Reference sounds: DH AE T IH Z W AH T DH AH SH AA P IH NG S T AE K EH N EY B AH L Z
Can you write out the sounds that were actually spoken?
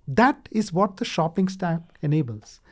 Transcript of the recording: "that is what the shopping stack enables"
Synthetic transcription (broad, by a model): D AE T IH Z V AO T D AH SH AA P IH NG S T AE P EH N EY B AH L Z